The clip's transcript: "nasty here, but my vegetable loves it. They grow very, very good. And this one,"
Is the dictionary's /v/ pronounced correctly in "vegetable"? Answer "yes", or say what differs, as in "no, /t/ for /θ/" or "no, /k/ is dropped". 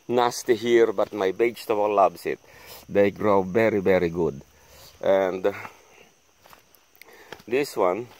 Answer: no, /b/ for /v/